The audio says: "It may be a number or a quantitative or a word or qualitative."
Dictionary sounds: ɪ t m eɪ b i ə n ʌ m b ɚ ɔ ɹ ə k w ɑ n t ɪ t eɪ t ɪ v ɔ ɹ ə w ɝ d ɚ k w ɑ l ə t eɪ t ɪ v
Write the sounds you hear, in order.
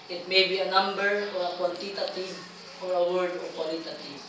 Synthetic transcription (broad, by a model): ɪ t m eɪ b i ə n ʌ m b ɚ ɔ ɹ ə k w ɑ l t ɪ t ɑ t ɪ f ɔ ɹ ə w ɝ d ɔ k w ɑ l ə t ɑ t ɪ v